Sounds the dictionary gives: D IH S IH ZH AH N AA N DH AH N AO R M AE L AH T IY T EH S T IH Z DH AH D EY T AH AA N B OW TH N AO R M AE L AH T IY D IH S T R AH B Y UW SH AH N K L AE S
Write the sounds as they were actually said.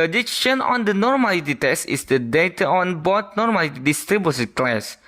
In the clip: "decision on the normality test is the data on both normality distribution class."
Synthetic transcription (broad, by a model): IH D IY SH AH N AA N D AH N AO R M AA L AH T IY T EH S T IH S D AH D EY T AH AA N B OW T N AO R M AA L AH T IY D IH S T R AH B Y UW S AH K L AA S